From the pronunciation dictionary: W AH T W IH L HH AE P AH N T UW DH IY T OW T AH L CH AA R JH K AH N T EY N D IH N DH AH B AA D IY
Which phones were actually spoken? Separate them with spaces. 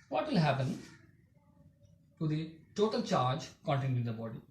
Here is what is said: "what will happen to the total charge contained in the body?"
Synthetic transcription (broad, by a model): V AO T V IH L HH AE P AH N T UW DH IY T OW T AH L CH AA R JH K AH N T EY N IH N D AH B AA D IY